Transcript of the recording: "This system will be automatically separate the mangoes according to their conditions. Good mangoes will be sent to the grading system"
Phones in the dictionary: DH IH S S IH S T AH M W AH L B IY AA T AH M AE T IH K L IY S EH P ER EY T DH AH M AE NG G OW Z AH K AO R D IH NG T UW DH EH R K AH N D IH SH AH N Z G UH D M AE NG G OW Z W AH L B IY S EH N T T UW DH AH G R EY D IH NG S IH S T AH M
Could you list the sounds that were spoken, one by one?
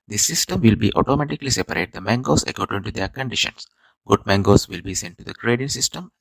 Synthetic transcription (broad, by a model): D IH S S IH S T AH M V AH L B IY AA T AH M AE T IH K L IY S EH P ER EY T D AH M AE NG G OW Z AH K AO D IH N T UW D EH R K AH N D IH SH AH N S G UH D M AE NG G OW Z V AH L B IY S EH N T T UW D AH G R EY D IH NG S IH S T AH M